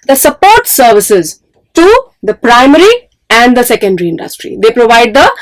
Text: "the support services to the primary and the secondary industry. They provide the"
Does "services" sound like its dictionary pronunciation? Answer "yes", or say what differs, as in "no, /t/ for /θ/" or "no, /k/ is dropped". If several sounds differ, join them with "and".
yes